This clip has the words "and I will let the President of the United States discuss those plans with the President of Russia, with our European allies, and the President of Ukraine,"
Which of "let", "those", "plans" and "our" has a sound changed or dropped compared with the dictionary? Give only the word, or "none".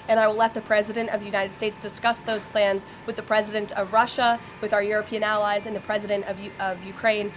none